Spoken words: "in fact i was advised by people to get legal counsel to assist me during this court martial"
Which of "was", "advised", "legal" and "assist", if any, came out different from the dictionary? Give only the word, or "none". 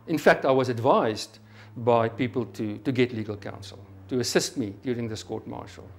none